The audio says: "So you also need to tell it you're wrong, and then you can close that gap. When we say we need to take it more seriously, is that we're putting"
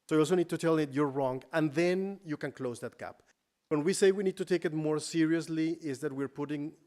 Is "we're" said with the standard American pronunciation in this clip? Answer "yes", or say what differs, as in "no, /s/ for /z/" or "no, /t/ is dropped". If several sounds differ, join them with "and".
yes